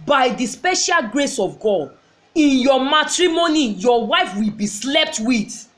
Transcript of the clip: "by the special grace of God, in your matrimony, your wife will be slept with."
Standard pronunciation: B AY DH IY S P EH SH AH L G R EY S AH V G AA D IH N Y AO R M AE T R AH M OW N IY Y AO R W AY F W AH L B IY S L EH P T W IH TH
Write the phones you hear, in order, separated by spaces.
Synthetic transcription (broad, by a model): B AY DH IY S P EH SH AH L G R EY S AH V G AA D IH N Y AO M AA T R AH M OW N IY Y AO W AY F W AH L B IY S L EH P T W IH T